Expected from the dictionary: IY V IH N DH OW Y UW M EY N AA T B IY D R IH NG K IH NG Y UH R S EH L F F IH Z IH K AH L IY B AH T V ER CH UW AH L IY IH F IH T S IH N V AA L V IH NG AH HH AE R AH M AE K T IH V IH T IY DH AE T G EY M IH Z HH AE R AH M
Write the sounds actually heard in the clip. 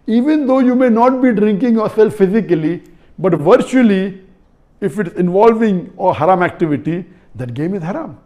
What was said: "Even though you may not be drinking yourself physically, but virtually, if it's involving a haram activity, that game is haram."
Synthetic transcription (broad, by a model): IY V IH N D OW Y UW M EY N AA T B IY D R IH NG K IH NG Y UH R S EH L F F IH Z IH K AH L IY B AH T V ER CH UW AH L IY IH F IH T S IH N V AA L V IH NG AH HH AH R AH M AE K T IH V IH T IY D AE T G EY M IH Z HH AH R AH M